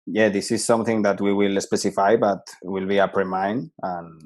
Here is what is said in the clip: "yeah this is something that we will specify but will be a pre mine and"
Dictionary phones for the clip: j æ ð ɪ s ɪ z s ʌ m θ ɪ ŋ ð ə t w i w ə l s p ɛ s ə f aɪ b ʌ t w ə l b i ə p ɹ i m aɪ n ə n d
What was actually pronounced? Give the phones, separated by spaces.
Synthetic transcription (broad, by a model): j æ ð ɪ s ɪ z s ʌ m θ ɪ ŋ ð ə t w i w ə l s p ɛ s ə f aɪ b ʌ t w ə l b i ə p ɹ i m aɪ n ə n